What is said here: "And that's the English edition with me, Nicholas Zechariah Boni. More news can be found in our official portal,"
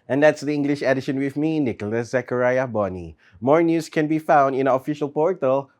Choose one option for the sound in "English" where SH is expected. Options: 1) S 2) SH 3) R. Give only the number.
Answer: 2